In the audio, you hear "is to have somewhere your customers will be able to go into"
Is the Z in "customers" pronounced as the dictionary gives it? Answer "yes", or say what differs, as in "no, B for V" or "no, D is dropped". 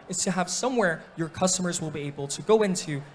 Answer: yes